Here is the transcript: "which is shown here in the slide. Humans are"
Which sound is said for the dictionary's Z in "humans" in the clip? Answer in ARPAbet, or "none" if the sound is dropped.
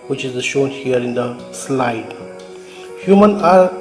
none